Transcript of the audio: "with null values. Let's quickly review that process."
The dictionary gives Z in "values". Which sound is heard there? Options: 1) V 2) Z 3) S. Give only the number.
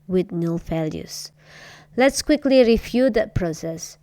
3